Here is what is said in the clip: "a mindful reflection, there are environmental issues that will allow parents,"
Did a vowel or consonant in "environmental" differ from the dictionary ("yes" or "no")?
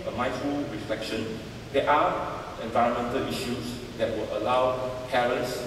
no